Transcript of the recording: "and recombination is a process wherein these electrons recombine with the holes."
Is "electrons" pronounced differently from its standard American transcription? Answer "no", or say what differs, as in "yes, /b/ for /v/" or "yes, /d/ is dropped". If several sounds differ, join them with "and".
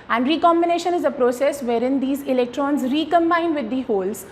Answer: no